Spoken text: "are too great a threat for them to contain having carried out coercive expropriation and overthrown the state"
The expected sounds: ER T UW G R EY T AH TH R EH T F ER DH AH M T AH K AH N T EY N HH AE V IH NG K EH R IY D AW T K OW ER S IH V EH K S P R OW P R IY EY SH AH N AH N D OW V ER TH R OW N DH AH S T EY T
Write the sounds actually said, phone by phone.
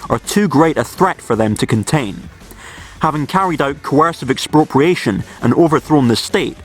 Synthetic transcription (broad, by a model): ER T UW G R EY T AH TH R EH T F ER DH AH M T AH K AH N T EY N HH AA V IH NG K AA R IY D AW T K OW ER S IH V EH K S P R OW P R IY EY SH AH N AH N OW V ER TH R OW N DH AH S T EY T